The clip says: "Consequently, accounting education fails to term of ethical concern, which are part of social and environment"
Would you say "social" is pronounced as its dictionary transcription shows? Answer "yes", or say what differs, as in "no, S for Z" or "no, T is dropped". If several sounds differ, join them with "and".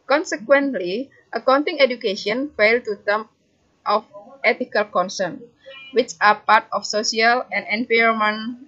no, S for SH